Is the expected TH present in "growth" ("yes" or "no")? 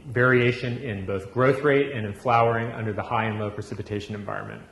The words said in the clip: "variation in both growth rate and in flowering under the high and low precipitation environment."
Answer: yes